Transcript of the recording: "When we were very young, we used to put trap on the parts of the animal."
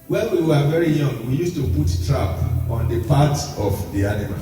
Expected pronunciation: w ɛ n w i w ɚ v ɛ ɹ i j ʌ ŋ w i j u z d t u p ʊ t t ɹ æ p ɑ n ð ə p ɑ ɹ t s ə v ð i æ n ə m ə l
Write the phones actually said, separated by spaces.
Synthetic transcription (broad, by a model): w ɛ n w i w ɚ v ɛ ɹ i j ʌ ŋ w i j u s t u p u t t ɹ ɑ p ɑ n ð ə p ɑ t ə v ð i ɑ n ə m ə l